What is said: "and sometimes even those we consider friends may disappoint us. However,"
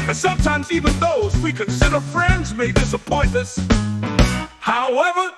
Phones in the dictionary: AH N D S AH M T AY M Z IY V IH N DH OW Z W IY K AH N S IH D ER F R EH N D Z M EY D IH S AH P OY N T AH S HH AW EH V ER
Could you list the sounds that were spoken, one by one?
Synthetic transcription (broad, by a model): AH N S AH M T AY M Z IY V IH N DH OW Z W IY K AH N S IH D ER F R EH N D Z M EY D IH S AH P OY N AH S HH AW EH V ER